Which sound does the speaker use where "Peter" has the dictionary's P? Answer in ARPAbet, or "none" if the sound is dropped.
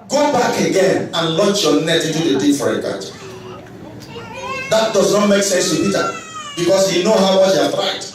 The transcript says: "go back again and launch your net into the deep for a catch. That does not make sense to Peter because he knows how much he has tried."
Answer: B